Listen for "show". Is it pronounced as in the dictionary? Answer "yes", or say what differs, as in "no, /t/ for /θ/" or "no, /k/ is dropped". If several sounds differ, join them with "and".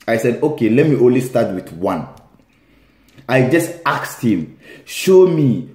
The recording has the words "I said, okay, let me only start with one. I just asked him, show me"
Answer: yes